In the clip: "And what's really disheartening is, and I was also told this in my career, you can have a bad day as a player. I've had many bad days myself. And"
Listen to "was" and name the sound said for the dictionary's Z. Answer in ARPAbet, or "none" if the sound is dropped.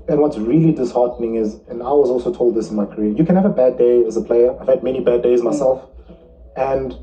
Z